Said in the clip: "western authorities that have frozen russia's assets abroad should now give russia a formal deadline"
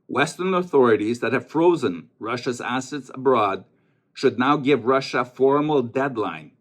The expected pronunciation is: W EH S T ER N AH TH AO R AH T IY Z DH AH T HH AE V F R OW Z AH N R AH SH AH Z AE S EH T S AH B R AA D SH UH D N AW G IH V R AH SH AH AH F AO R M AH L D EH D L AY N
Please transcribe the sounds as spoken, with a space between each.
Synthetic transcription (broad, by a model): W EH S T ER N AH TH AO R AH T IY Z DH AH T HH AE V F R OW Z AH N R AH SH AH Z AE S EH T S AH B R AA D SH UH D N AW G IH V R AH SH AH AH F AO R M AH L D EH D L AY N